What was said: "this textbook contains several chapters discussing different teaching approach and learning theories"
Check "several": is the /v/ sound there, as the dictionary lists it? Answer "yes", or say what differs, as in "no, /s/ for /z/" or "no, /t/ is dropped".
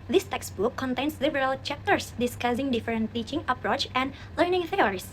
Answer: no, /b/ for /v/